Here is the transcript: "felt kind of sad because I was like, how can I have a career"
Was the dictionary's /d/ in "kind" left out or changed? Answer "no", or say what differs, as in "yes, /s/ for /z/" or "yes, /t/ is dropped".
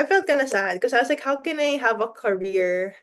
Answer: yes, /d/ is dropped